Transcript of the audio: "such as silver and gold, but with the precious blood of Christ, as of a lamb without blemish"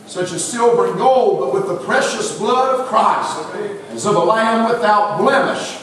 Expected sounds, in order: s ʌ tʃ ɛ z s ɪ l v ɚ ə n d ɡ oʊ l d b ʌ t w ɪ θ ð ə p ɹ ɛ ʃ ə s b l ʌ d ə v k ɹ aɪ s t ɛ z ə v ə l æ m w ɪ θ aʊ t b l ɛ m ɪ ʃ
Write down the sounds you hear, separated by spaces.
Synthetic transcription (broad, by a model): s ʌ tʃ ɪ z s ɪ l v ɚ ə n ɡ oʊ l d b ʌ t w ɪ ð ə p ɹ ɛ ʃ ə s b l ʌ d ə v k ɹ aɪ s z ə v ə l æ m w ɪ θ aʊ t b l ɛ m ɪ ʃ